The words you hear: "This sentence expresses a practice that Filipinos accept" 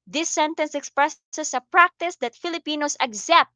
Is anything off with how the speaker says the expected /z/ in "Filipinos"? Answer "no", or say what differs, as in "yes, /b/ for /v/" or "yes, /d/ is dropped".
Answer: yes, /s/ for /z/